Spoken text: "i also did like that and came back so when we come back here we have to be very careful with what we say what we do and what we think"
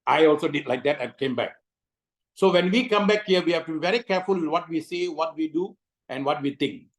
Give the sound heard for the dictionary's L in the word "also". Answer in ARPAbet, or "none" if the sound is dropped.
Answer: L